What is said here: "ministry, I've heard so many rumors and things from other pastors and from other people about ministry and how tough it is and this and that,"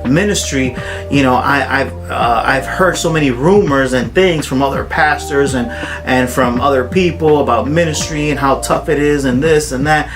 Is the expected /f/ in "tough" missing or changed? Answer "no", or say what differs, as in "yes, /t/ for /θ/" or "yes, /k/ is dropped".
no